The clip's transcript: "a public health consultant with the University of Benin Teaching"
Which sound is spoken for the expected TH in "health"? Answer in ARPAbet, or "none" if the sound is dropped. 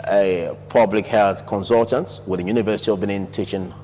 TH